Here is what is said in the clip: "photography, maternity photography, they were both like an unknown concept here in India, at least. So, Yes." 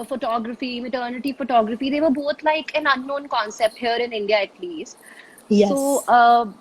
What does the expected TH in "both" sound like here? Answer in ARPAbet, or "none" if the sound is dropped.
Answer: T